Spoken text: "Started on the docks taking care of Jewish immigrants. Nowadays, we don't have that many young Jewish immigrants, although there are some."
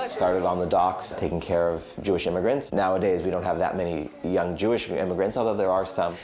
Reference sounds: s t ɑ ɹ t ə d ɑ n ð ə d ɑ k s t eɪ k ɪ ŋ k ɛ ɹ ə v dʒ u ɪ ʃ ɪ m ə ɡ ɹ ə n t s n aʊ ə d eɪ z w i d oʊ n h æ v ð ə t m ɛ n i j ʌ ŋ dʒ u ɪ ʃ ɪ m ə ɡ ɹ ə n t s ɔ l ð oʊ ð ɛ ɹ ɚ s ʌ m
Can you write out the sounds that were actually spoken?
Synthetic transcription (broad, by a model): s t ɑ ɹ t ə d n ð ə d ɑ k s t eɪ k ɪ ŋ k ɛ ɹ ə v dʒ u ɪ ʃ ɪ m ə ɡ ɹ ə n t s n aʊ ə d eɪ z w i d oʊ n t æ v ð ə t m ɛ n i j ʌ ŋ dʒ u ɪ ʃ ɪ m ə ɡ ɹ ə n t s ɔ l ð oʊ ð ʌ ɹ ɚ s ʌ m